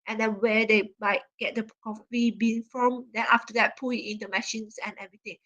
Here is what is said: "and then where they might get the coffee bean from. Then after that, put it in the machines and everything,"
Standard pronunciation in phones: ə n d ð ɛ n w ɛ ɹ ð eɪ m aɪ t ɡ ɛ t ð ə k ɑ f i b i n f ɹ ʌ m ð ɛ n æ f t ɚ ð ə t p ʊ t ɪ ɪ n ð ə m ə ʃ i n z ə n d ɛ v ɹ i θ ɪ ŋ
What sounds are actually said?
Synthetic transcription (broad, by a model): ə n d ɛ n w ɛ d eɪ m aɪ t ɡ ɛ t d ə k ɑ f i b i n f ɹ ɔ m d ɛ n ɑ f t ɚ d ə t p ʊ ɪ ɪ n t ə m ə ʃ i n s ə n ɛ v ɹ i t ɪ ŋ